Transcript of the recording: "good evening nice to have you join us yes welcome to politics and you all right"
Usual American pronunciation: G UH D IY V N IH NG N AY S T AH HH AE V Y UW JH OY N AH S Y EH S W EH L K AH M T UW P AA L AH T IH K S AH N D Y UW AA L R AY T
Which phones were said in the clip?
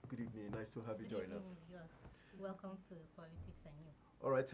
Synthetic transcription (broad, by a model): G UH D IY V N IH N AY S T AH HH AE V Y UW JH OY N AH S Y EH S W EH L K AH M T UW P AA L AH T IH K S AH N Y UW AA L R AY T